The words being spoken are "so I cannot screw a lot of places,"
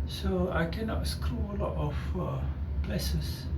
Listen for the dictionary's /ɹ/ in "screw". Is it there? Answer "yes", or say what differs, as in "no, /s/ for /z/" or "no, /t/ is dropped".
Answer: yes